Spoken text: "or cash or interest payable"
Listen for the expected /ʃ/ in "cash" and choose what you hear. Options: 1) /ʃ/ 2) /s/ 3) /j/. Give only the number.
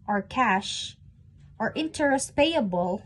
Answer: 1